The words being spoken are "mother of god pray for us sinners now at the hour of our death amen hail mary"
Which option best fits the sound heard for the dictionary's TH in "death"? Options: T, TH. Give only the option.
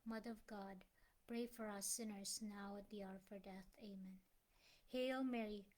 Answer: TH